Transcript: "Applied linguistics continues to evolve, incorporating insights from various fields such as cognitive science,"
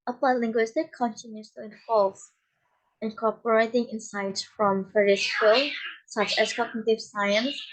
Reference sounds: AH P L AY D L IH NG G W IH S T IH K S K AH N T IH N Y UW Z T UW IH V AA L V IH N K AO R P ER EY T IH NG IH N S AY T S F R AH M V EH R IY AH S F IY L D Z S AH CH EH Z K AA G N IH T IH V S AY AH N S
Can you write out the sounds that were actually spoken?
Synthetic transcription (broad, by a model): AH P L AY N L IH NG G W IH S T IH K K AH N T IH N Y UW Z T UW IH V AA L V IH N K AO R P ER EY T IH NG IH N S AY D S F R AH M F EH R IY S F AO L S AH CH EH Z K AA G N IH T IH V S AY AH N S